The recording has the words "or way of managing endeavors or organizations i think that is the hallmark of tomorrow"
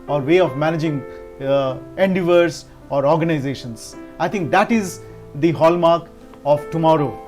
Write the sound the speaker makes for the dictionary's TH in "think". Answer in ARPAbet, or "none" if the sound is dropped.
T